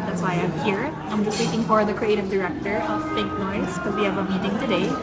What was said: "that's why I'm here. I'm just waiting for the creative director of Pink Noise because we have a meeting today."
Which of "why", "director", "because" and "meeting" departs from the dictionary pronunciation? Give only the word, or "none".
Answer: because